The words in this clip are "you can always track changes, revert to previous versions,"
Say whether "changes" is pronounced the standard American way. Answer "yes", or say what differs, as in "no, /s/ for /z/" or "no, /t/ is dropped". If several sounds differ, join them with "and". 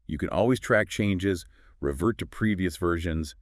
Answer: yes